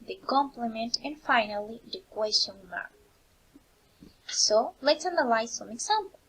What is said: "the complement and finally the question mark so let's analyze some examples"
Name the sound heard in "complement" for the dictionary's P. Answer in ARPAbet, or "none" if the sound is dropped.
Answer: P